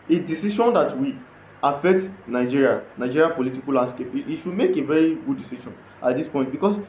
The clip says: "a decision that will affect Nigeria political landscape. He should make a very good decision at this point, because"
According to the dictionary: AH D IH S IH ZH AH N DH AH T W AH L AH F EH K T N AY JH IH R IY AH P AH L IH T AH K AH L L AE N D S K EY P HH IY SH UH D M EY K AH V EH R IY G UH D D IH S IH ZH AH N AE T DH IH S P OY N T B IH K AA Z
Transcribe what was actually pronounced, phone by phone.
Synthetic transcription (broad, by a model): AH D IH S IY SH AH N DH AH T W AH AH F EH K T N AY JH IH R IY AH P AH L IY T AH K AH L L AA N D S K EY P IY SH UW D M EY K AH V EH R IY G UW D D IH S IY SH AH N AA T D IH S P OY T B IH K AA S